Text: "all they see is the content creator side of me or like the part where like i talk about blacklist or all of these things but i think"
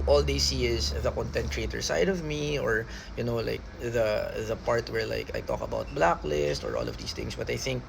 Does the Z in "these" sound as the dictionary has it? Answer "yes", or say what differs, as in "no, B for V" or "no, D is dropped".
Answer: no, S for Z